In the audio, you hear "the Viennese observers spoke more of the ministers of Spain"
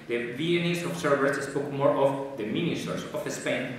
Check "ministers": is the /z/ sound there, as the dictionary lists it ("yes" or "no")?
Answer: no